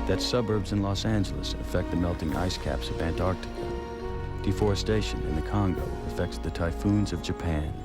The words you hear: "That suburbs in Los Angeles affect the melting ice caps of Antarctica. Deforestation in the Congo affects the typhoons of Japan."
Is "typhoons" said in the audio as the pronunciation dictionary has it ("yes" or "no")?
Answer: yes